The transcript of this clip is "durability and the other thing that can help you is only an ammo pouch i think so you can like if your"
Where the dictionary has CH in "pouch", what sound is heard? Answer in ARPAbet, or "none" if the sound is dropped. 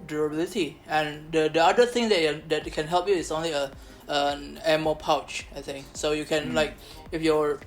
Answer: CH